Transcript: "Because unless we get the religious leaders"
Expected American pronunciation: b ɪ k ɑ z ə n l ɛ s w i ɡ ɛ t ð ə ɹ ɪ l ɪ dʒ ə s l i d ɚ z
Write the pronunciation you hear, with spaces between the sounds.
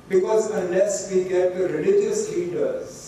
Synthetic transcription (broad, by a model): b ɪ k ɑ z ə n ɛ s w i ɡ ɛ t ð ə ɹ ɪ l ɪ dʒ ə s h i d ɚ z